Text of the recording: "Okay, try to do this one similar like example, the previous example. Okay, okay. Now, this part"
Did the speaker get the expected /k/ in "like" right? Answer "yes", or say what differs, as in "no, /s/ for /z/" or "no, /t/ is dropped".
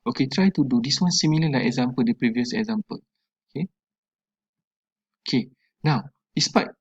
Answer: no, /k/ is dropped